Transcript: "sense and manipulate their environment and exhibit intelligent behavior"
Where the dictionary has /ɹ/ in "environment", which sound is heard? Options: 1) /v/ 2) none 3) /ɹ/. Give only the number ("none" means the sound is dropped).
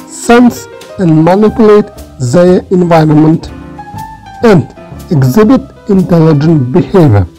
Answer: 3